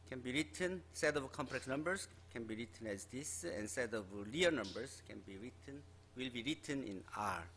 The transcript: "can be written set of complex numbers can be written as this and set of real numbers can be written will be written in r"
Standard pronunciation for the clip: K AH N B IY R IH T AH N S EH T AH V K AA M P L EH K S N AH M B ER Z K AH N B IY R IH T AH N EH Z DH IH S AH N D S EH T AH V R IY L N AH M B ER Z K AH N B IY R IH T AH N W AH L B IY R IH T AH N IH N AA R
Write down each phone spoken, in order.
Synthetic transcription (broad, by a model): K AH N B IY R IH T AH N S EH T AH V K AA M P L EH K S N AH M B ER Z K AH N B IY R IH T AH N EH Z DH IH S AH N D S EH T AH V L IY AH N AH M B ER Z K AH N B IY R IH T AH N W AH L B IY R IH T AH N IH N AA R